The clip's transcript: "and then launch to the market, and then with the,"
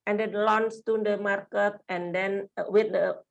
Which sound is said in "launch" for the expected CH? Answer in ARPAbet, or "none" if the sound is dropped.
S